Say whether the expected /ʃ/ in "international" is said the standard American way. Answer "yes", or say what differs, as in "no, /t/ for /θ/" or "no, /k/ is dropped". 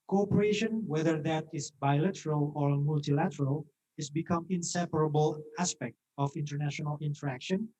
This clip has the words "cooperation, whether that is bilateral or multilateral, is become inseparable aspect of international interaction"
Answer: yes